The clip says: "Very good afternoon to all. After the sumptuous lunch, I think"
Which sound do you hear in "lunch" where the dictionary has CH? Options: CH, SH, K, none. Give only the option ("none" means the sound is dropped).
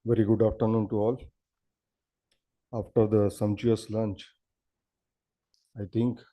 CH